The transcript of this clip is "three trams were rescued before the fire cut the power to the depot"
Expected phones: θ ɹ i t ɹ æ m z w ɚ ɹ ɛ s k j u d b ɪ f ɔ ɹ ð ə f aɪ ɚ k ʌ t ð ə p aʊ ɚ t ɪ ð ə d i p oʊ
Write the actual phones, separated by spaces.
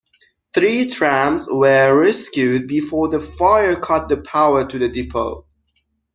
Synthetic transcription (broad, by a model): θ ɹ i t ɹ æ m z w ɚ ɹ ɛ s k j u d b ɪ f ɔ ɹ ð ə f aɪ ɚ k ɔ t ð ə p aʊ ɚ t ɪ ð ə d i p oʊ